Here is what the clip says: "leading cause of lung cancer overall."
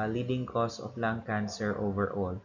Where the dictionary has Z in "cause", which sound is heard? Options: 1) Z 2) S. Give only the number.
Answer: 2